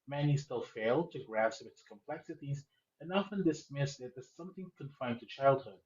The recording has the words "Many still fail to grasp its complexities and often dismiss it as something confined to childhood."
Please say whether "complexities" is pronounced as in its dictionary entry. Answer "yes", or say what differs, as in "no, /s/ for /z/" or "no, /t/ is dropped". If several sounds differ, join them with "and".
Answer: yes